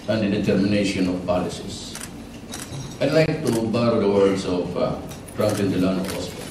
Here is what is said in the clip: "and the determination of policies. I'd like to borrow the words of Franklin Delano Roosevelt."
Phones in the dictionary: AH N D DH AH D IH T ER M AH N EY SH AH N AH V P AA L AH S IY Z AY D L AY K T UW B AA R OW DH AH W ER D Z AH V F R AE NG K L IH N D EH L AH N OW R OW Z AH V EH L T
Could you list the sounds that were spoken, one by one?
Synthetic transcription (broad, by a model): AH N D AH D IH T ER M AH N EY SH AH N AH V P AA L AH S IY S AY D L AY K T UW B AA R OW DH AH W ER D S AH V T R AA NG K IH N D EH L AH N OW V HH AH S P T